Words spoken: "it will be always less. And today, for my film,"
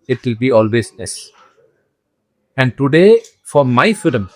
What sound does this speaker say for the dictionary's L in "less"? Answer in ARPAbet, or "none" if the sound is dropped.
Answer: N